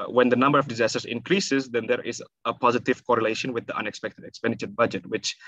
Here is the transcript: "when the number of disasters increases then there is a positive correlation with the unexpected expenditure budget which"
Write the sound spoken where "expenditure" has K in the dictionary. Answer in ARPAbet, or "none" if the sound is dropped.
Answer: K